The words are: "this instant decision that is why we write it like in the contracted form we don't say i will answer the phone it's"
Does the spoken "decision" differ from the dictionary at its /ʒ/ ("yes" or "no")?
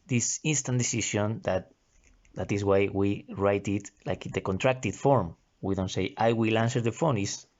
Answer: yes